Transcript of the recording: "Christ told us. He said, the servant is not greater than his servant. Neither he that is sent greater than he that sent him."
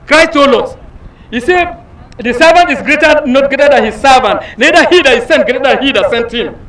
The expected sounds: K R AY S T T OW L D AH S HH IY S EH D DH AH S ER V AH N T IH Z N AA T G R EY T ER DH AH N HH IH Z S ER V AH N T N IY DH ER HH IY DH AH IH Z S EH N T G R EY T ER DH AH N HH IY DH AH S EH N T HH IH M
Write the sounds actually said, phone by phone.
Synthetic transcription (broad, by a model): K R AY S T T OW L AO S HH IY S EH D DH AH S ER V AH N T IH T N AA T G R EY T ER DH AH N HH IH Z S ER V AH N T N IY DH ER HH IY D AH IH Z S EH N T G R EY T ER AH HH IY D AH S EH N T HH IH M